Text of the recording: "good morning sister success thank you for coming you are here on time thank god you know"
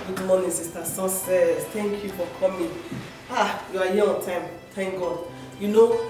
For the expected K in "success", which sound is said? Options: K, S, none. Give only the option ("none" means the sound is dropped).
none